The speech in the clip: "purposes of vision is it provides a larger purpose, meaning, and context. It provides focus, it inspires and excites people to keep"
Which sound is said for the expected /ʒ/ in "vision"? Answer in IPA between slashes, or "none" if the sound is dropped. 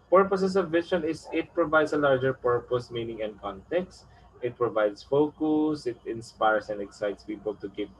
/s/